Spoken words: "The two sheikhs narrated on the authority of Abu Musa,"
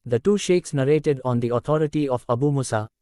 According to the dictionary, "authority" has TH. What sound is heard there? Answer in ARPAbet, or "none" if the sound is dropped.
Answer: T